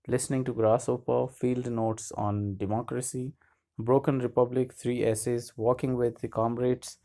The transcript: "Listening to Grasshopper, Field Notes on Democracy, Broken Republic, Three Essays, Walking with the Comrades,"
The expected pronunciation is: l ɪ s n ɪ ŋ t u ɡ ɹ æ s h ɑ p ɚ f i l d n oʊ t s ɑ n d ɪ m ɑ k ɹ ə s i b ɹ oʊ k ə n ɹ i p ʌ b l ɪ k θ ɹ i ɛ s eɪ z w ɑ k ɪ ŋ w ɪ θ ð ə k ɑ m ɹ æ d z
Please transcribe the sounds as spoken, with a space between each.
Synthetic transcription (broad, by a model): l ɪ s n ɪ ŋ t u ɡ ɹ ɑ s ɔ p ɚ f i l d n oʊ t s ɑ n d ɪ m ɑ k ɹ ə s i b ɹ oʊ k ə n ɹ i p ʌ b l ɪ k t ɹ i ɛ s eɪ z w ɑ k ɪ ŋ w ɪ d k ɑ m ɹ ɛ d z